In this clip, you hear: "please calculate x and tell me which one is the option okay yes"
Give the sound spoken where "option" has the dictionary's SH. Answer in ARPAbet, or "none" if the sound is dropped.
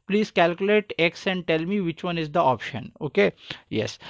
SH